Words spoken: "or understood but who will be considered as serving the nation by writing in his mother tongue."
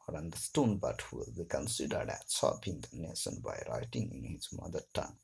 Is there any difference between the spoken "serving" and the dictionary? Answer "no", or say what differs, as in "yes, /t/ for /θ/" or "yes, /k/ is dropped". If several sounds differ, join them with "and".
yes, /p/ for /v/